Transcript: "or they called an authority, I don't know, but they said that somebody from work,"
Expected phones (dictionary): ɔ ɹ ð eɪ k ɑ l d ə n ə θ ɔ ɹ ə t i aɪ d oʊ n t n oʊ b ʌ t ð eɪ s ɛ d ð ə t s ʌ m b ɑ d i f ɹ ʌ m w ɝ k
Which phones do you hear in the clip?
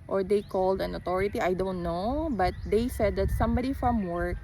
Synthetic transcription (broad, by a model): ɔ ɹ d eɪ k ɑ l d ə n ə t ɔ ɹ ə t i aɪ d oʊ n t n oʊ b ʌ t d eɪ s ɛ d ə t s ʌ m b ɑ d i f ɹ ʌ m w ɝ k